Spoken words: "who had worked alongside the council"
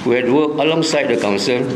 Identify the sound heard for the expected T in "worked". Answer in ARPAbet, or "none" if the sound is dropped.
none